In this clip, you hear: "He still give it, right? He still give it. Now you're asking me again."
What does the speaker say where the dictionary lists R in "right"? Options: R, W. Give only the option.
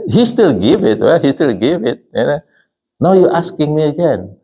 W